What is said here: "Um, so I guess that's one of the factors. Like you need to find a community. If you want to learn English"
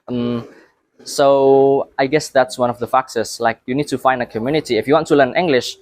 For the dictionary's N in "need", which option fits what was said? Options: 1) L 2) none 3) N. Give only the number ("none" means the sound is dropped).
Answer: 3